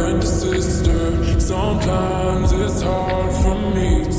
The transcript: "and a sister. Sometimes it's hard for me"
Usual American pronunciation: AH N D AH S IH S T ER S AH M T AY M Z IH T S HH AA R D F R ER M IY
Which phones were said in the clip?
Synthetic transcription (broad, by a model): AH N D AH S IH S T ER S AH M T AY M Z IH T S HH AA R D F R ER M IY